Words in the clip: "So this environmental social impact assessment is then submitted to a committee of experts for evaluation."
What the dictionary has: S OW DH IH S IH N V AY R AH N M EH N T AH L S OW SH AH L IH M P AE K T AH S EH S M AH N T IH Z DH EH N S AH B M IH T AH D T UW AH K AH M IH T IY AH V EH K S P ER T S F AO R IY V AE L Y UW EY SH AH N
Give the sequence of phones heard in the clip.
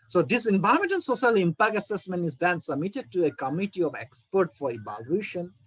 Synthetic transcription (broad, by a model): S OW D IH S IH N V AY AH M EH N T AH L S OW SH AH L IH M P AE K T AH S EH S M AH N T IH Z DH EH N S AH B M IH T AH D T UW AH K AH M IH T IY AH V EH K S P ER T F AO R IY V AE L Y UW SH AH N